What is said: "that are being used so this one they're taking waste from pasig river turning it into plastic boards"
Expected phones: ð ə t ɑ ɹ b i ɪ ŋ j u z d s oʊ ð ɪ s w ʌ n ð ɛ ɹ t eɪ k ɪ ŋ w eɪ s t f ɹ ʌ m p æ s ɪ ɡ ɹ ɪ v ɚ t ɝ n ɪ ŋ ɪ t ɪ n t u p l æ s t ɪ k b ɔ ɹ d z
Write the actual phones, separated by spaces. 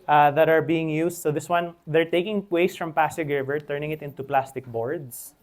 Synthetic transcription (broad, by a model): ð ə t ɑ ɹ b i ɪ ŋ j u s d s oʊ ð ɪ s w ʌ n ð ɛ ɹ t eɪ k ɪ ŋ w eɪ s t f ɹ ʌ m p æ s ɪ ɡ ɹ ɪ v ɚ t ɝ n ɪ ŋ ɪ t ɪ n t u p l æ s t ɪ k b ɔ ɹ d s